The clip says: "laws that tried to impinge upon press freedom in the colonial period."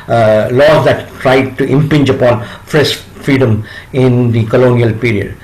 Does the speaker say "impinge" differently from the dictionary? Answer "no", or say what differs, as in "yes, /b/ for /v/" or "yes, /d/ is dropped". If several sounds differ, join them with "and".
no